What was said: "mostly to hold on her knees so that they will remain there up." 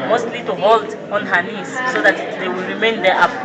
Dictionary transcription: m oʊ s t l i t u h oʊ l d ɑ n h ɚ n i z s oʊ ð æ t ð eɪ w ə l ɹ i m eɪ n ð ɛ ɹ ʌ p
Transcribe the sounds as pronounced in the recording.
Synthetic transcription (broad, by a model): m oʊ s t l i t u h oʊ l d ɑ n h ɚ n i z s oʊ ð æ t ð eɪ w ə l ɹ i m eɪ n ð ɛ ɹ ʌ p